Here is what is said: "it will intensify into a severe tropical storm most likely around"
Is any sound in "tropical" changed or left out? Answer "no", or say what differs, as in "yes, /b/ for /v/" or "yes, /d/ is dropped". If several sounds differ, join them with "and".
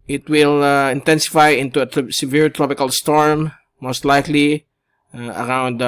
no